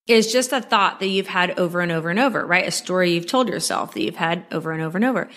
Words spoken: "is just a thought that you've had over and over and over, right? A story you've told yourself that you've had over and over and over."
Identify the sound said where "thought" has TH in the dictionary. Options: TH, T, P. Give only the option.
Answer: TH